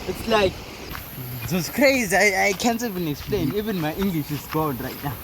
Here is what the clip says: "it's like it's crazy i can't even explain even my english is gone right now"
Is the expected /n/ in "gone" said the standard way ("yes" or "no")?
no